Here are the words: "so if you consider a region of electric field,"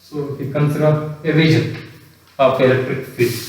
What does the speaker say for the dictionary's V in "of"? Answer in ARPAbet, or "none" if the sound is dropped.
P